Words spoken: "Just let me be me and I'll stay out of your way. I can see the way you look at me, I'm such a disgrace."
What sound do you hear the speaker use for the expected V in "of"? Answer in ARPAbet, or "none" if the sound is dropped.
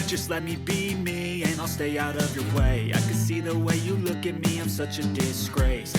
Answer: V